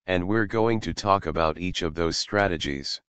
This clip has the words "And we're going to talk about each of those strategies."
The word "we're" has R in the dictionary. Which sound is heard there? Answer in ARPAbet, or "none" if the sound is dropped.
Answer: R